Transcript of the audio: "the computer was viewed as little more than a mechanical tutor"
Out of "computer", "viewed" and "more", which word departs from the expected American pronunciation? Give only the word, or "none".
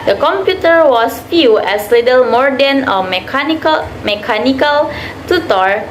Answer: viewed